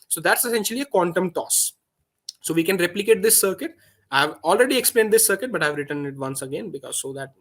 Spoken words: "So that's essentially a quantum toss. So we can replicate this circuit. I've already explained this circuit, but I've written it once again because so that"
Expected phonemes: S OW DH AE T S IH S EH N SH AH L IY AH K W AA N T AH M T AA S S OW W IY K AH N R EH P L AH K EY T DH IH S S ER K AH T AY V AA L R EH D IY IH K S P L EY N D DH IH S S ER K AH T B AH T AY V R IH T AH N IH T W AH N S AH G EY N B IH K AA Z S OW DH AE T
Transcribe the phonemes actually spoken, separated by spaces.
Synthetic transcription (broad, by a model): S OW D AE T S IH S EH N SH AH L IY AH K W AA N T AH M T AA S S OW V IY K AH N R EH P L AH K EY T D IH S S ER K AH T AY V AA L R EH D IY IH K S P L EY N D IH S S ER K AH T B AH T AY V R IH T AH N IH T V AH N S AH G EY N B IH K AA Z S OW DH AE T